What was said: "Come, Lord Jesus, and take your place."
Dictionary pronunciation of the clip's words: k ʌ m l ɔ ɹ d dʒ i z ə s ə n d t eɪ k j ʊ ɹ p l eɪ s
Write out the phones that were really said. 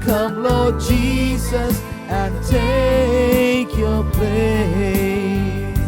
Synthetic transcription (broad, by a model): k ʌ m l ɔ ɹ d dʒ i z ə s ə n t eɪ k j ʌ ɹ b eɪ